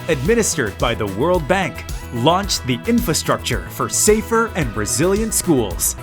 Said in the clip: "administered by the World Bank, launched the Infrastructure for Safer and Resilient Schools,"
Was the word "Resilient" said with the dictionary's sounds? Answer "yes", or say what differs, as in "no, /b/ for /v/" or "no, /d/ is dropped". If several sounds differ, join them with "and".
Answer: yes